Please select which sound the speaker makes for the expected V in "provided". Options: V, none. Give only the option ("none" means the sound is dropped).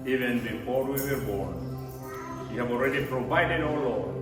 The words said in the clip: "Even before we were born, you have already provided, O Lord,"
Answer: V